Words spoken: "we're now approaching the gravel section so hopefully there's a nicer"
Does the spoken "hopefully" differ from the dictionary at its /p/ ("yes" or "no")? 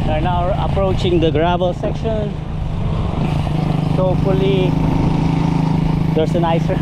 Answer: yes